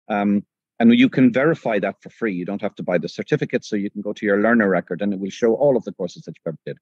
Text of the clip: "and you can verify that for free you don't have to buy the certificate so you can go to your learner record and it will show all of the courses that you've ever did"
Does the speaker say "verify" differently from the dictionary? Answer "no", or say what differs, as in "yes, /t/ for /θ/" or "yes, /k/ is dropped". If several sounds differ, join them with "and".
no